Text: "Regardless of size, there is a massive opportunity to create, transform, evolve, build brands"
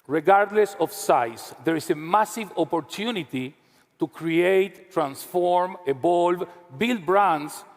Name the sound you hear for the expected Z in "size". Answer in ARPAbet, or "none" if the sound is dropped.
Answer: S